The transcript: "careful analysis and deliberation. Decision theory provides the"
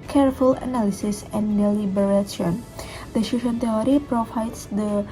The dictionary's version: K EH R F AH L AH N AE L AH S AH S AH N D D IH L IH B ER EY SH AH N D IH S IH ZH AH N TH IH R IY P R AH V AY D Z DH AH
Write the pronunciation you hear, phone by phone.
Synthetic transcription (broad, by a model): K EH R F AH L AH N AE L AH S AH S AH N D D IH L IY B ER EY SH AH N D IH SH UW SH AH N T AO R IY P R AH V AY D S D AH